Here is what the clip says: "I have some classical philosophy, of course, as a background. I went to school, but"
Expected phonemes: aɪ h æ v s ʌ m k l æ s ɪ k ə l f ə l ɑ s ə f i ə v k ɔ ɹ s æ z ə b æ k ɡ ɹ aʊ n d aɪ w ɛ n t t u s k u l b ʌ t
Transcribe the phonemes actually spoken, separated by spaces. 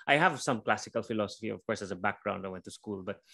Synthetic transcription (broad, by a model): aɪ h æ v s ʌ m k l æ s ɪ k ə l f ə l ɑ s ə f i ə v k ɔ ɹ s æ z ə b æ k ɡ ɹ aʊ n d aɪ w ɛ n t t u s k u l b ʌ t